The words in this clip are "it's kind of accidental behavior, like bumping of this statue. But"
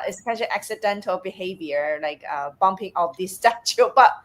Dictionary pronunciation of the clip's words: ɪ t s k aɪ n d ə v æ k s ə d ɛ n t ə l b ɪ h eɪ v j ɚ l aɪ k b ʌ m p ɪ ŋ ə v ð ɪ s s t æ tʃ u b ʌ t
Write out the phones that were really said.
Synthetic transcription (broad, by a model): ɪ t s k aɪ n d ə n æ k s ə d ɛ n t ə l b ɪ h eɪ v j ɚ l aɪ k b ʌ m p ɪ ŋ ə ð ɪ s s t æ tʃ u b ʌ t